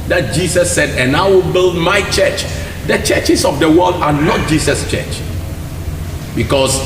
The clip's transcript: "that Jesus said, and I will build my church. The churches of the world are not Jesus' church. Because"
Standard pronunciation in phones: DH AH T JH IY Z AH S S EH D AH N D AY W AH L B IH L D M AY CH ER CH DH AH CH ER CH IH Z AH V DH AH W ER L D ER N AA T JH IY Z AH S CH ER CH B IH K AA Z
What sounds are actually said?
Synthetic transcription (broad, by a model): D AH T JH IY S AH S S EH D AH N AY W AH L B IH L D M AY CH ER CH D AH CH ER CH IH S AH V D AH W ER L D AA N AA T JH IY S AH S CH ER CH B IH K AA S